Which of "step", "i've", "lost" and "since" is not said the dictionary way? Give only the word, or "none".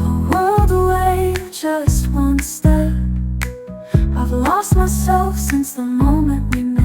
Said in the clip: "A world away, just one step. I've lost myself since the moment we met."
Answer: step